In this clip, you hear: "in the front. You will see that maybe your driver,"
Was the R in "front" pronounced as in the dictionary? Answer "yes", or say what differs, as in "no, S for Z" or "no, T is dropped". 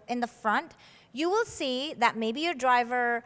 yes